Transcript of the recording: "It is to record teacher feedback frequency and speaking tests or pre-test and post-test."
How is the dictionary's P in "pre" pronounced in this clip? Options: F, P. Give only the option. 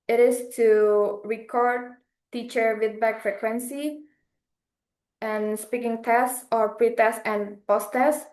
P